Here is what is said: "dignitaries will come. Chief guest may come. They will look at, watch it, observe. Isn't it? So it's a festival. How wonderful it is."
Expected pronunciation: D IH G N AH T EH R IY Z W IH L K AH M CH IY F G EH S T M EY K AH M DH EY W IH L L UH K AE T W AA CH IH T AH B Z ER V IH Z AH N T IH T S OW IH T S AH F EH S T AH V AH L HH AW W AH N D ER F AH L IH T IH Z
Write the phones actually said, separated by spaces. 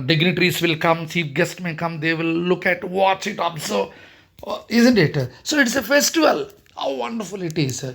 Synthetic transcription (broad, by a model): D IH G N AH T R IY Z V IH L K AH M S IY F G EH S T M EY K AH M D EY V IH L L UH K AE T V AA CH IH T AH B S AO IH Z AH N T IH T S OW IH T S AH F EH S T AH V AH L HH AW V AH N D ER F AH L IH T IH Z